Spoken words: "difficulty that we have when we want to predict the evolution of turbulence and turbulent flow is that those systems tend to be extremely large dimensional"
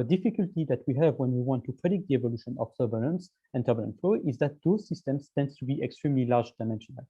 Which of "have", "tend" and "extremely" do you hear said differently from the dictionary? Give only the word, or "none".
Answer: none